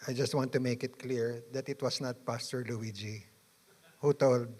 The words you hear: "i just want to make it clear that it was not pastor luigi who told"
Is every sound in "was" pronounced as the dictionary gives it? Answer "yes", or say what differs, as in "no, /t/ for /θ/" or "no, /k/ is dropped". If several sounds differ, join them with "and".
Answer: no, /s/ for /z/